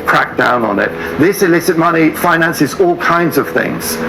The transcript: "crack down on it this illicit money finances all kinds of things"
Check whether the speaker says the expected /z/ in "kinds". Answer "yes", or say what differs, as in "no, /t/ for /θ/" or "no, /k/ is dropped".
yes